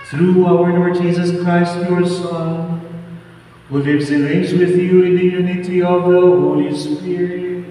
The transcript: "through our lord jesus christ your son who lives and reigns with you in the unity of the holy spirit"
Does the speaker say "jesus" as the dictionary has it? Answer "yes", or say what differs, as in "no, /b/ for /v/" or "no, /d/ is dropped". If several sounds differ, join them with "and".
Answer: yes